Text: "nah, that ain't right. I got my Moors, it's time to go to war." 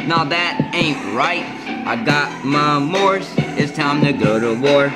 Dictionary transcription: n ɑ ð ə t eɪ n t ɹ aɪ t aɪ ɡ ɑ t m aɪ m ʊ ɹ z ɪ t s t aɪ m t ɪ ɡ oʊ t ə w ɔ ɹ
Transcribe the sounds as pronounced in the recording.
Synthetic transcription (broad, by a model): n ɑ ð ə t eɪ n t ɹ aɪ t aɪ ɡ ɑ t m aɪ m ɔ ɹ s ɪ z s t aɪ m t ɪ ɡ oʊ t ə w ɔ ɹ